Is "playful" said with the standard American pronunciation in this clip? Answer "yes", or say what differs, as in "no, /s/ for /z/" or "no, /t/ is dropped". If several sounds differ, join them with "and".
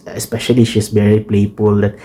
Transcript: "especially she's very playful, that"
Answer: no, /p/ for /f/